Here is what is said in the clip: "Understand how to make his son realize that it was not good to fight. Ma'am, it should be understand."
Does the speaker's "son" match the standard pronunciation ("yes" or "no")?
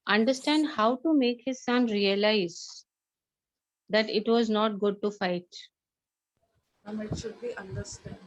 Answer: yes